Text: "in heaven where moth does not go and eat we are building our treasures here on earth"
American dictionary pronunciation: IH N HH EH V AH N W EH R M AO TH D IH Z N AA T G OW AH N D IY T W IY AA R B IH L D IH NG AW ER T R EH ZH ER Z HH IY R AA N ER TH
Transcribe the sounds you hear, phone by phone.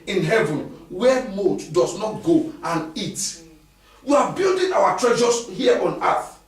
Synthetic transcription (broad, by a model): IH N HH EH V AH N W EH M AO T D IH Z N AA T G OW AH N IY T W IY AA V B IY L D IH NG AW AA T R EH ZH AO S HH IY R AA N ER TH